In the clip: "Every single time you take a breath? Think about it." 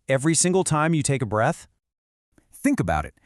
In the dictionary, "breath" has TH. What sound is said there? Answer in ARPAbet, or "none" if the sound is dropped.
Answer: TH